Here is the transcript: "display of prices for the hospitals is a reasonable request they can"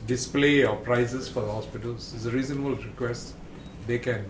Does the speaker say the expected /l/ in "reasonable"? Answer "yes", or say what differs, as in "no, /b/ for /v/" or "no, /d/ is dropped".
yes